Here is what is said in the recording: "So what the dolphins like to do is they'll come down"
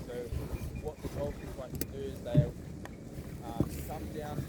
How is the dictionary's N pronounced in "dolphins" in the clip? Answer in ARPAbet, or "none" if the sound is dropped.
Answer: none